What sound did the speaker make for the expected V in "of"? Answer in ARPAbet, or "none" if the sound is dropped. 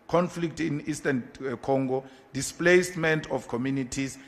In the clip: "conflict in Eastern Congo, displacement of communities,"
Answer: F